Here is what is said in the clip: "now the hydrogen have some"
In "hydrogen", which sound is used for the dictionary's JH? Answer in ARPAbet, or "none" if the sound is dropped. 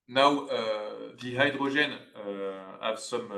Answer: ZH